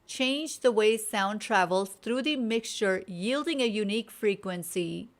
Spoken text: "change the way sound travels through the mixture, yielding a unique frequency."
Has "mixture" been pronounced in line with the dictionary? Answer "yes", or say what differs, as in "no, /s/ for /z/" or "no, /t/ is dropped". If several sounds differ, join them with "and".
yes